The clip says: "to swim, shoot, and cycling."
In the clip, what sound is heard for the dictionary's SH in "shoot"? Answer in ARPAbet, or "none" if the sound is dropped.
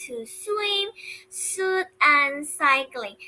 S